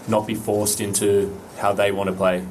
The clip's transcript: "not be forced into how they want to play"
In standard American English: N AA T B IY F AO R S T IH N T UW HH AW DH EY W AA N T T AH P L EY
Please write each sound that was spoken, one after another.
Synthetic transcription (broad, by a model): N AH T B IY F AO R S T IH N T UW HH AW DH EY W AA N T T AH P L EY